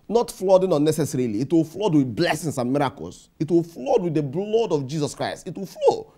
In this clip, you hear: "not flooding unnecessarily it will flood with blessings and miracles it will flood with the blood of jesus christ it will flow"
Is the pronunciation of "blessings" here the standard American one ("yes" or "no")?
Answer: no